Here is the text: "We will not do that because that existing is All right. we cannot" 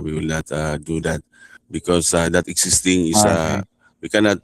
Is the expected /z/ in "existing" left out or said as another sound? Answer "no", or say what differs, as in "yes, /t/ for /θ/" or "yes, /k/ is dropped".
yes, /s/ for /z/